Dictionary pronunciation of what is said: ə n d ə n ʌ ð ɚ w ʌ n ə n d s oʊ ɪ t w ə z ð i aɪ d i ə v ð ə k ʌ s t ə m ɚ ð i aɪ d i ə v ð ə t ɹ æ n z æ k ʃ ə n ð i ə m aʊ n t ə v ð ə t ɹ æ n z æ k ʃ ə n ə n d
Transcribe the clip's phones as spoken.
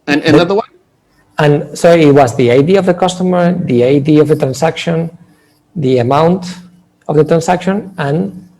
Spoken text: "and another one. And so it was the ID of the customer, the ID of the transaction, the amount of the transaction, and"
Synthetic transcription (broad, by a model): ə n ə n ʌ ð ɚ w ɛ ə n s oʊ ɪ t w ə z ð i aɪ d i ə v ð ə k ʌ s t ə m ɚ ð i aɪ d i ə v ð ə t ɹ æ n s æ k ʃ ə n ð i ə m aʊ n t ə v ð ə t ɹ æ n s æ k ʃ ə n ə n